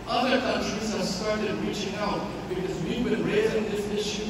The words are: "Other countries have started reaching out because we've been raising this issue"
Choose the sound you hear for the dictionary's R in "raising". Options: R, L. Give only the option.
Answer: R